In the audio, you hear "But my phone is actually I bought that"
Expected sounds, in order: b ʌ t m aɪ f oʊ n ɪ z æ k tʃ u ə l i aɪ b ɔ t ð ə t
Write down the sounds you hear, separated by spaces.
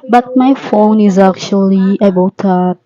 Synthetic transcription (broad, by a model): b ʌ t m aɪ f oʊ n ɪ z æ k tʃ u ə l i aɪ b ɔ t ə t